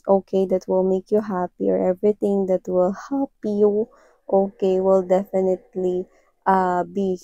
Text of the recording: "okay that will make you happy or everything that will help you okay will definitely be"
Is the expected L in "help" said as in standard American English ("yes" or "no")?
no